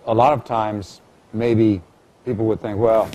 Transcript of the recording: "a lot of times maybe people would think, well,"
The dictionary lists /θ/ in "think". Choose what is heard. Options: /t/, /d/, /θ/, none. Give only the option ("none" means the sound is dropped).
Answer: /θ/